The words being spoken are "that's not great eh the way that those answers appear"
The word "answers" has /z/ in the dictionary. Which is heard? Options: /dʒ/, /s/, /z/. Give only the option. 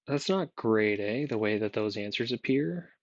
/z/